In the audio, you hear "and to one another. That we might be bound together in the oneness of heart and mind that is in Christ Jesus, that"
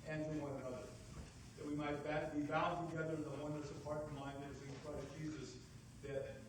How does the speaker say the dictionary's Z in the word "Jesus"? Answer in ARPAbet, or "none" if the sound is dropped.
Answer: Z